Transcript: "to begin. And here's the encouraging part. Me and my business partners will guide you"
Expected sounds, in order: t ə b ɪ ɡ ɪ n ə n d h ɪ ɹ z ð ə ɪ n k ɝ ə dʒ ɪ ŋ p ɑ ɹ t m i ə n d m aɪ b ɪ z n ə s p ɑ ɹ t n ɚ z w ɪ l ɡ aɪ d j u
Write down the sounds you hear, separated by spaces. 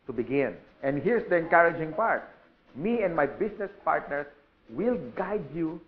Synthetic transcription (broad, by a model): t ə b ɪ ɡ ɪ n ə n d h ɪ ɹ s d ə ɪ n k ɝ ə dʒ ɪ ŋ p ɑ ɹ t m i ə n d m aɪ b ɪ s n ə s p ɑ ɹ t n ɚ s w ɪ l ɡ aɪ d j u